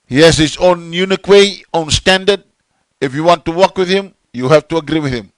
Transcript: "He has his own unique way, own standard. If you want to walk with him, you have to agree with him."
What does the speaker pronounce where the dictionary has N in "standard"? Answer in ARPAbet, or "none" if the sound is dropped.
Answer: N